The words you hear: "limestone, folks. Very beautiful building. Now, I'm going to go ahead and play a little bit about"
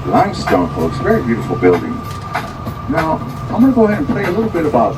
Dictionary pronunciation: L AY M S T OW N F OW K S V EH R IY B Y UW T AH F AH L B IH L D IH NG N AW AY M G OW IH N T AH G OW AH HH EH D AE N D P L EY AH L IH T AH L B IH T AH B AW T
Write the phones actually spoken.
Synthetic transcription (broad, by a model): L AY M S T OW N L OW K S V EH R IY B Y UW T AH F L B IH L D IH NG N AW AY M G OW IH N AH G OW AH HH EH D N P EY AH L IH T L B IH T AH B AW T